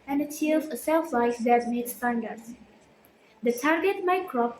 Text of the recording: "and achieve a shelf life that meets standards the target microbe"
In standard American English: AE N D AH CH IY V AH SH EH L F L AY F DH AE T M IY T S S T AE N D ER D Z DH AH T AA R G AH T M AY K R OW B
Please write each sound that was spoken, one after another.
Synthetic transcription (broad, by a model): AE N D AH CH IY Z AH S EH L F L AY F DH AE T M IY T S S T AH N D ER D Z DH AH T AA R G AH T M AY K R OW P